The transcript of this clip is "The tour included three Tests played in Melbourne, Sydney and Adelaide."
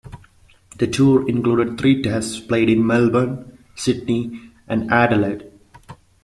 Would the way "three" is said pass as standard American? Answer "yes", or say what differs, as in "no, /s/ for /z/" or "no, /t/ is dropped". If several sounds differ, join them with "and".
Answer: no, /t/ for /θ/